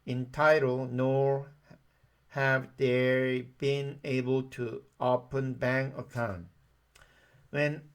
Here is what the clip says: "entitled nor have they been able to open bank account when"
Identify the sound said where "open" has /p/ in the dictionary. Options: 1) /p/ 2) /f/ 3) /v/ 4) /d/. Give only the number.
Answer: 1